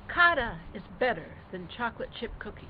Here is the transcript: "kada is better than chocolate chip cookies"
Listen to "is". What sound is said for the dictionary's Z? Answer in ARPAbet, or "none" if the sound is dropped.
Z